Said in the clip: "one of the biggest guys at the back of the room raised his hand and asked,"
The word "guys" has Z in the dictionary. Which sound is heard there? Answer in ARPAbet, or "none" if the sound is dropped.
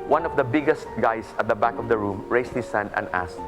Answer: S